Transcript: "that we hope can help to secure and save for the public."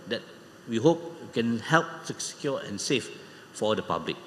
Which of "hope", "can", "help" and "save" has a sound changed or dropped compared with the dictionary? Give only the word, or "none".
save